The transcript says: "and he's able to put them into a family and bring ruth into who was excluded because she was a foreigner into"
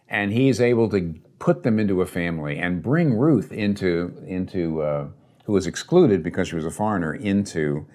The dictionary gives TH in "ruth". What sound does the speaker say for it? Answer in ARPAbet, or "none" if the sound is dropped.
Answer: TH